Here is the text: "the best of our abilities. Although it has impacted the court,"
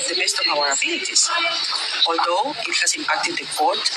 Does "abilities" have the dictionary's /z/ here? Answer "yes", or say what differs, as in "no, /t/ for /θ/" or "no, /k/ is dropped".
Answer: no, /s/ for /z/